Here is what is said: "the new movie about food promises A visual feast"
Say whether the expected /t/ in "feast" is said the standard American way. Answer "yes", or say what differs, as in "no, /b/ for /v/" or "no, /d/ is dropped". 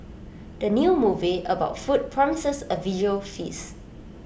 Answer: no, /t/ is dropped